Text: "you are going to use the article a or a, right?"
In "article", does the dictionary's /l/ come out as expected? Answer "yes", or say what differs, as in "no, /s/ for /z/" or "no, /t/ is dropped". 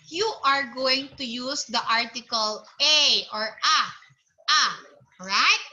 yes